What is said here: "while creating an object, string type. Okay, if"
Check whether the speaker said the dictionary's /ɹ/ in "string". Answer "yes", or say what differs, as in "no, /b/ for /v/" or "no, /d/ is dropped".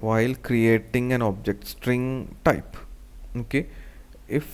yes